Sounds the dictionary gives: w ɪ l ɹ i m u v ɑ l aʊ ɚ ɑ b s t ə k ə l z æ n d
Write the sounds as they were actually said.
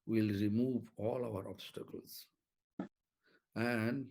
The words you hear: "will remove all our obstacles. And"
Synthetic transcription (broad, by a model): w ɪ l ɹ i m u v ɑ l aʊ ɚ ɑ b s t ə k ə l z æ n d